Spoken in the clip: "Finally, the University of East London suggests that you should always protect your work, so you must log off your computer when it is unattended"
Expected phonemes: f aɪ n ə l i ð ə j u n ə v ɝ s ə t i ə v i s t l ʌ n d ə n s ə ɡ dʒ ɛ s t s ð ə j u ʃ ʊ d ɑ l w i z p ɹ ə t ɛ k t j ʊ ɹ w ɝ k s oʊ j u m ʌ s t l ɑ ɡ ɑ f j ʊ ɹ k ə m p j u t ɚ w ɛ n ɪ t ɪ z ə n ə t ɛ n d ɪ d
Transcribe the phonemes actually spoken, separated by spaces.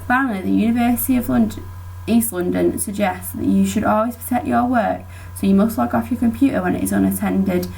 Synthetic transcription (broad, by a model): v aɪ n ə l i ð ə j u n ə v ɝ s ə t i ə v i s t l ʌ n d ə n s ə ɡ dʒ ɛ s t s ð ə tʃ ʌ ʃ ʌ d ɑ l w i z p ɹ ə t ɛ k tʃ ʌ w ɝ k s oʊ j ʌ m ʌ s t l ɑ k ɑ f j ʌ k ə m p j u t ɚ w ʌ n ɪ t ɪ z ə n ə t ɛ n d ɪ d